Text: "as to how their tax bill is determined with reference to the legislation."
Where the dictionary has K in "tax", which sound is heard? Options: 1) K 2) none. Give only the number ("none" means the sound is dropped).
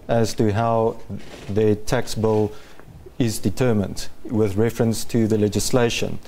1